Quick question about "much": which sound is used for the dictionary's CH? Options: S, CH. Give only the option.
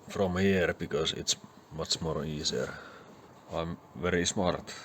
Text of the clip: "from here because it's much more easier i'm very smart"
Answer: S